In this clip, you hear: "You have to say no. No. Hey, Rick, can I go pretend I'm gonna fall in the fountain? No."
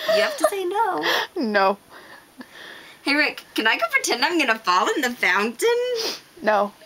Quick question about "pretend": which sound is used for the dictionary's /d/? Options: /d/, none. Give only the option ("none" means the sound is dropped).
/d/